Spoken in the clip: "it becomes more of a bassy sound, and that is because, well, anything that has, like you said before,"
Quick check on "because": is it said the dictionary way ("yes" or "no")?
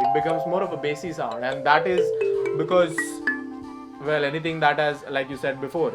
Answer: yes